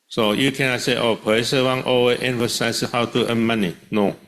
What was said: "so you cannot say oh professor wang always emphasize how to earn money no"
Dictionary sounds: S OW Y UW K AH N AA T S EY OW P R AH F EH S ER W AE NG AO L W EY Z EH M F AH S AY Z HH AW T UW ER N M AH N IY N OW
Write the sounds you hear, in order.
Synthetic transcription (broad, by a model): S OW Y UW K AH N AA T S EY OW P AH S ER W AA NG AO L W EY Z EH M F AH S AY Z HH AW T UW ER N M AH N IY N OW